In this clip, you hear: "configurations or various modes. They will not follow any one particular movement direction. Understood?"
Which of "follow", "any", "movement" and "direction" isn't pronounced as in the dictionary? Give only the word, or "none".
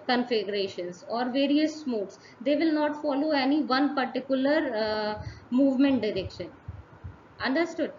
none